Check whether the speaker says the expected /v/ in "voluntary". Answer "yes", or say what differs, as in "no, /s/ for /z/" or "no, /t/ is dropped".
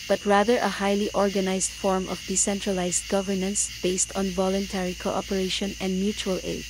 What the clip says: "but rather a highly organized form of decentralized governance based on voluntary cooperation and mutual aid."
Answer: yes